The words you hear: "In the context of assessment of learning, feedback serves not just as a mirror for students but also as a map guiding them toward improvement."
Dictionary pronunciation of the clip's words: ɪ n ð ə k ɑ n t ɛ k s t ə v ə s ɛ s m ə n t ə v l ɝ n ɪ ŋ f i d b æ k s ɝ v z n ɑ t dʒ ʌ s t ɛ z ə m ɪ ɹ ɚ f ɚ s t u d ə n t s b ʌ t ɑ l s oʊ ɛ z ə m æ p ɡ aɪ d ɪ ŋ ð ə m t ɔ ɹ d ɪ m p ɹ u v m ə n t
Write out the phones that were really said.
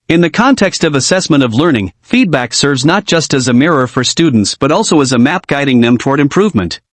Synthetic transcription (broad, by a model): ɪ n ð ə k ɑ n t ɛ k s t ə v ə s ɛ s m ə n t ə v l ɝ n ɪ ŋ f i d b æ k s ɝ v z n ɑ t dʒ ʌ s t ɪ z ə m ɪ ɹ ɚ f ɚ s t u d n t s b ʌ t ɑ l s oʊ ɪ z ə m æ p ɡ aɪ d ɪ ŋ ð ə m t ɔ ɹ d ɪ m p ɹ u v m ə n t